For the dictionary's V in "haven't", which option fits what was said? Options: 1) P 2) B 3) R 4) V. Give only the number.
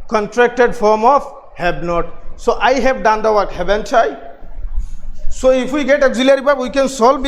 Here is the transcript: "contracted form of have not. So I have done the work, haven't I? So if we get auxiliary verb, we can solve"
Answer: 2